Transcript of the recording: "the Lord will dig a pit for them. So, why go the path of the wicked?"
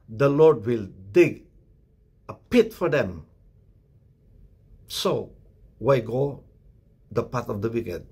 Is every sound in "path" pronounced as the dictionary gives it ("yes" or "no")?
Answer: no